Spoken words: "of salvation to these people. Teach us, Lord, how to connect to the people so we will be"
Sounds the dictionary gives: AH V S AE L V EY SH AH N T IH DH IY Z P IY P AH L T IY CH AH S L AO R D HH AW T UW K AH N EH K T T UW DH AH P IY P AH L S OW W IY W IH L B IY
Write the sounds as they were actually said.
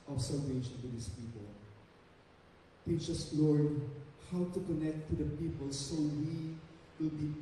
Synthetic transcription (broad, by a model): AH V S AE L V EY SH AH N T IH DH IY S P IY P AH L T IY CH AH S L AO R D HH AW T UW K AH N EH K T T UW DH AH P IY P AH L S OW W IY W IH L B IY